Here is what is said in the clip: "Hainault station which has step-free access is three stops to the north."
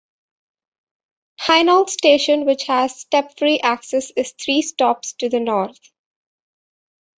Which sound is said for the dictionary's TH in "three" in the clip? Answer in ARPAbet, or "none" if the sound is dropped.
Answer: T